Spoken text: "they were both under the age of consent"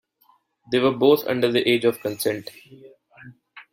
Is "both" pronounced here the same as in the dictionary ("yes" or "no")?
no